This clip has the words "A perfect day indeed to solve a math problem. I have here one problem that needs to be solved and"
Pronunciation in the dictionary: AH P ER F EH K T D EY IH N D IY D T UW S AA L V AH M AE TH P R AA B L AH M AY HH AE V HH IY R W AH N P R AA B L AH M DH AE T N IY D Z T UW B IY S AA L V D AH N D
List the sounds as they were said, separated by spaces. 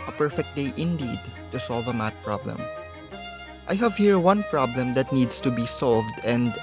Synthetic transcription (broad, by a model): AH P ER F EH K T D EY IH N D IY D T UW S AA L V AH M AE T P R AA B L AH M AY HH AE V HH IY R W AH N P R AA B L AH M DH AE T N IY D S T UW B IY S AA L V D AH N D